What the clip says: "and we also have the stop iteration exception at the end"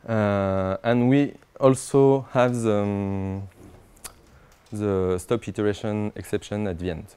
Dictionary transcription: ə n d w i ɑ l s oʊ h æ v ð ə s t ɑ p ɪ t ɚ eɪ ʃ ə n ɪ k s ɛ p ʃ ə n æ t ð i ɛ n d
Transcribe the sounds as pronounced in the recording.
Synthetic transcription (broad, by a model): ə n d w i ɑ l s oʊ h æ v ð ə s t ɑ p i t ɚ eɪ ʃ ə n ɪ k s ɛ p ʃ ə n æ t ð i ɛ n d